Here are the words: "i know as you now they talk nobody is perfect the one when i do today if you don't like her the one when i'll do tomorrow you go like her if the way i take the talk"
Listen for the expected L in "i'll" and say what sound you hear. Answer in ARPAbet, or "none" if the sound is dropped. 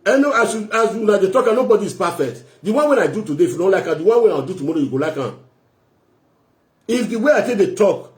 W